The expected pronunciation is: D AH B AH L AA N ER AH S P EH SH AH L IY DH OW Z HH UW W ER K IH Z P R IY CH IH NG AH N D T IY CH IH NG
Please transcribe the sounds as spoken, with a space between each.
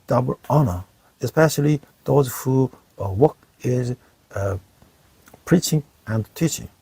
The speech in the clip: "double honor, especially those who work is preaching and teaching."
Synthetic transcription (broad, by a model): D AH B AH L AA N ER AH S P EH SH AH L IY DH OW Z HH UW W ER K IH Z P R IY CH IH NG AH N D T IY CH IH NG